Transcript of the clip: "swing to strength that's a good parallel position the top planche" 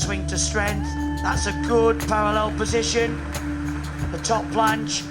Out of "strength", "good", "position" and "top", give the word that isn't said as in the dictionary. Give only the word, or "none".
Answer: none